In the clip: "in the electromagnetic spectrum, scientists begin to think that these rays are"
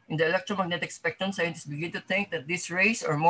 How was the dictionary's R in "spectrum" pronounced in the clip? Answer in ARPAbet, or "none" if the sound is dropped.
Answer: none